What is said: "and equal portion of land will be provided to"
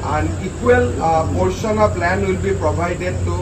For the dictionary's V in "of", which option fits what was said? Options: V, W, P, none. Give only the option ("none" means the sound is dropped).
P